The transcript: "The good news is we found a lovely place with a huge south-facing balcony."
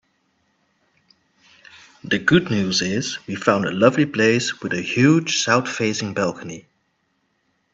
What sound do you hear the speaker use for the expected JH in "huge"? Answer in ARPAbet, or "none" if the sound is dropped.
ZH